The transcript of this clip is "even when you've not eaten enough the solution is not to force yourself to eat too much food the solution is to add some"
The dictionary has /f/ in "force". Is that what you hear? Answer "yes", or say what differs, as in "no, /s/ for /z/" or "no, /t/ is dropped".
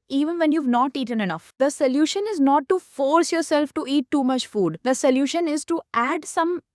yes